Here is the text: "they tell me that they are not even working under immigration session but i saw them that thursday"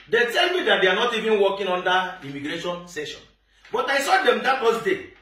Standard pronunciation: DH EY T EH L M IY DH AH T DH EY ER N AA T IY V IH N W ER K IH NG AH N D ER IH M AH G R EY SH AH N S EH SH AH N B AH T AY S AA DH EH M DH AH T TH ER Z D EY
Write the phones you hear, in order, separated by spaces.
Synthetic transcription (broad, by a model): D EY T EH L M IY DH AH T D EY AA N AA T IY V IH N W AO K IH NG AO N D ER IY M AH G R EY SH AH N S EH SH AH N B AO T AY S AA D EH M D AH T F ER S D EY